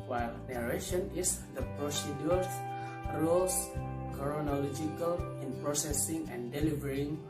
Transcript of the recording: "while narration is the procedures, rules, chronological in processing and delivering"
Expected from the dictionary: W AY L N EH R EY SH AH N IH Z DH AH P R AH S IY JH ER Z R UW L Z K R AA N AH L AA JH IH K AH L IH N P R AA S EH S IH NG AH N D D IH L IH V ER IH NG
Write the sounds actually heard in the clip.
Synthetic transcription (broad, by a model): W AY L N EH R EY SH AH N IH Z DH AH P R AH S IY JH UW R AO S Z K R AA N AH L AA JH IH K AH L IH N P R AA S EH S IH NG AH N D D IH L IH V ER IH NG